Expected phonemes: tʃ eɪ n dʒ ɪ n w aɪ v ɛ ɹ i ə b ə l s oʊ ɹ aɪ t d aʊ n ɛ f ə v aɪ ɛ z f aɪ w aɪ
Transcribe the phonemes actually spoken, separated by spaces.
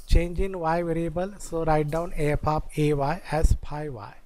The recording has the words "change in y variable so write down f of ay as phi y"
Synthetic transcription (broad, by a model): tʃ eɪ n dʒ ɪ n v aɪ v ɛ ɹ i ə b ə l s oʊ ɹ aɪ t d aʊ n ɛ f ə v aɪ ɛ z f aɪ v aɪ